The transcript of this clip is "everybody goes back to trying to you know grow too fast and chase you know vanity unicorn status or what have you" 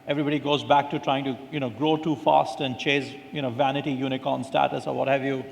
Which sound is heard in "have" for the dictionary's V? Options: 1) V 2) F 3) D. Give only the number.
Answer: 1